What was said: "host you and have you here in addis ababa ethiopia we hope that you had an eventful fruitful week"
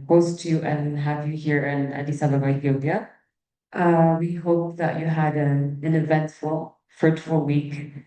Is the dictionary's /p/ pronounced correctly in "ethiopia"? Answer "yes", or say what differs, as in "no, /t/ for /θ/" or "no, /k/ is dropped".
no, /b/ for /p/